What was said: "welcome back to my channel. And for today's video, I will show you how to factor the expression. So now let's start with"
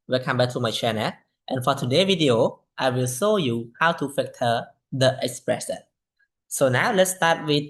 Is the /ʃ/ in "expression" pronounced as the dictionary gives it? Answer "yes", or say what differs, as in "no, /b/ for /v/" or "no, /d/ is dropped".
no, /s/ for /ʃ/